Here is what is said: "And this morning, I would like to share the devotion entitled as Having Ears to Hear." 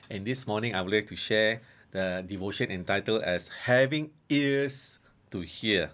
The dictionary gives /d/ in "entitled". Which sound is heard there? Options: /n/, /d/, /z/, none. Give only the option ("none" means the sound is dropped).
none